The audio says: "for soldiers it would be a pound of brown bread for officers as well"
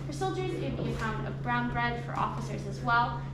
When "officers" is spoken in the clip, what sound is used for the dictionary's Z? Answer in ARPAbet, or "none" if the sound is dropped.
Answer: Z